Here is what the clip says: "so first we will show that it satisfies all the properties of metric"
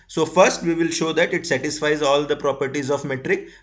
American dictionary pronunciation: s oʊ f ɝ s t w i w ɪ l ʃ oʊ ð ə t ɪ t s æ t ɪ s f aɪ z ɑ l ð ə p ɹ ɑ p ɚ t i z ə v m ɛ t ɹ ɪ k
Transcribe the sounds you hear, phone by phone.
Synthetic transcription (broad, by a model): s oʊ f ɝ s t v i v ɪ l ʃ oʊ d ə t ɪ t s æ t ɪ s f aɪ z ɑ l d ə p ɹ ɑ p ɚ t i z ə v m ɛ t ɹ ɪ k